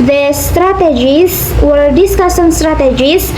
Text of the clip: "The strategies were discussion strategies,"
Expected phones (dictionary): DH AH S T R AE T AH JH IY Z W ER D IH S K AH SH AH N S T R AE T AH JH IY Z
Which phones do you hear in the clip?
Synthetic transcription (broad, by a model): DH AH S T R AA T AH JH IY S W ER D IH S K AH S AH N S T R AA T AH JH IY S